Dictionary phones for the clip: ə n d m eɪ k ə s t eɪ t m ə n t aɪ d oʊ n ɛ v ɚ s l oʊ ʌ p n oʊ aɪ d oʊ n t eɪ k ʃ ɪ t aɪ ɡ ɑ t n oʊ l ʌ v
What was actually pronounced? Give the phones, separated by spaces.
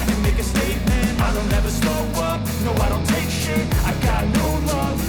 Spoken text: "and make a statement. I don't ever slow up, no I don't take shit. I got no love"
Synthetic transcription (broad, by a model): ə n m eɪ k ə s t eɪ t m ə n t aɪ d oʊ n ɛ v ɚ s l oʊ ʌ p n oʊ aɪ d oʊ n t eɪ k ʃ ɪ aɪ ɡ ɑ t n oʊ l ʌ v